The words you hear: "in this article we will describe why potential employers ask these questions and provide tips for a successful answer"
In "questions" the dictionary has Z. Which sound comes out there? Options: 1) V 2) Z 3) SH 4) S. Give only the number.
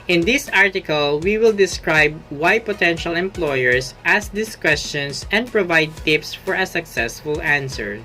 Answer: 4